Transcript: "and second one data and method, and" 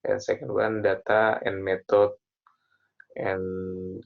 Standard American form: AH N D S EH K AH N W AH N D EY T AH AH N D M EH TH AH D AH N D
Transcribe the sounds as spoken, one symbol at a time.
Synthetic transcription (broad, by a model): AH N S EH K AH N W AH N D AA T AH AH N M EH T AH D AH N